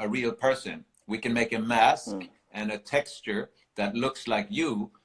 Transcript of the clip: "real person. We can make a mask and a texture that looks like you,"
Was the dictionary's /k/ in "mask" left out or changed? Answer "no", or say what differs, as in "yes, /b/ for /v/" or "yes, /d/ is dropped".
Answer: no